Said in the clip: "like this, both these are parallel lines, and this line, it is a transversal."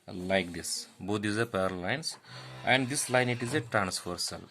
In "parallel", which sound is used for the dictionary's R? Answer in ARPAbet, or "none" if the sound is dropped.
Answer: none